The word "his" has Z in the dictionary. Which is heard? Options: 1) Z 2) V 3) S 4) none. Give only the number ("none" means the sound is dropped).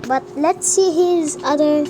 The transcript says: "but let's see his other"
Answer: 1